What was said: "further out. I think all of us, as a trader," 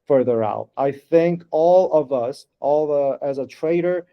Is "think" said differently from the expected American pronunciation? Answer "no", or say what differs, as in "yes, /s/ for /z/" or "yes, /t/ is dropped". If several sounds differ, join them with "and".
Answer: no